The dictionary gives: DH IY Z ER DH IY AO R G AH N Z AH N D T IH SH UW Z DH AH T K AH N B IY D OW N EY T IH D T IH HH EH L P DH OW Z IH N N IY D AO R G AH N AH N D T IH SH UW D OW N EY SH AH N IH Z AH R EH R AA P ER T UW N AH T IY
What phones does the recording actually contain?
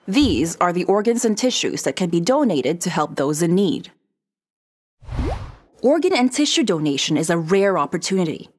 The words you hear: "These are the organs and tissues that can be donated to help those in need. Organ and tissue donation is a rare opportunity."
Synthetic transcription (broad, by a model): DH IY Z ER DH IY AO R G AH N Z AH N T IH SH UW Z DH AH T K AH N B IY D OW N EY T IH D T IH HH EH L P DH OW Z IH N N IY D AO R G AH N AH N T IH SH UW D OW N EY SH AH N IH Z AH R EH R AA P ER T UW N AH T IY